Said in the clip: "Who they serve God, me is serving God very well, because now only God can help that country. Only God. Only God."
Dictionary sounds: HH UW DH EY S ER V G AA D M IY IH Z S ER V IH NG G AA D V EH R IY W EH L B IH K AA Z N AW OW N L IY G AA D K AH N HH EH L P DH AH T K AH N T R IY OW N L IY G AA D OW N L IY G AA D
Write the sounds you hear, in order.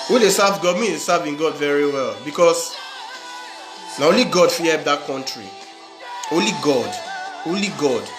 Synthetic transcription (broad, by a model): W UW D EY S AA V G AA D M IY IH S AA V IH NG G AA D V EH R IY W EH L B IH K AA S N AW OW N L IY G AA D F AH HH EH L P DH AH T K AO N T R IY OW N L IY G AA D OW N L IY G AA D